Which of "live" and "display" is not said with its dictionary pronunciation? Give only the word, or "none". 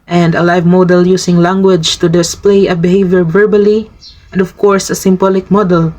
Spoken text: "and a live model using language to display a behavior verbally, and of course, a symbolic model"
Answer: none